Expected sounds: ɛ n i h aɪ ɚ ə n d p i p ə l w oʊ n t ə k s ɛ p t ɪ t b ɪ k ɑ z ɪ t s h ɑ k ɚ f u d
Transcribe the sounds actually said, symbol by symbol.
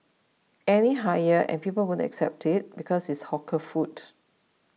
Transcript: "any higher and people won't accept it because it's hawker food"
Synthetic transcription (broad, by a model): ɛ n i h aɪ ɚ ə n p i p ə l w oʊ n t ə k s ɛ p t ɪ t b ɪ k ɑ s ɪ t s h ɑ k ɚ f u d